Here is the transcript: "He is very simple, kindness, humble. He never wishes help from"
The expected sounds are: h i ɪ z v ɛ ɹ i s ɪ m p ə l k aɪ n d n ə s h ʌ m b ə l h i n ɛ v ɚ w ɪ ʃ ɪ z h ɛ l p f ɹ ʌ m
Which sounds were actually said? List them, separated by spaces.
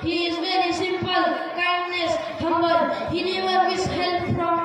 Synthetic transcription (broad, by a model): h i ɪ z v ɛ ɹ i s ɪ m p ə l k aɪ n d n ə s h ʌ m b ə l h i n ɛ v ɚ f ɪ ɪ s h ɛ l p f ɹ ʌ m